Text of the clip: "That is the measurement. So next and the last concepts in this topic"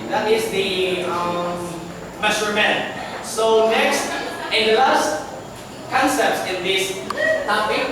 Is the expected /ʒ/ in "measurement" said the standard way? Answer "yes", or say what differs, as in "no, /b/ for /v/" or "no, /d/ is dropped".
no, /s/ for /ʒ/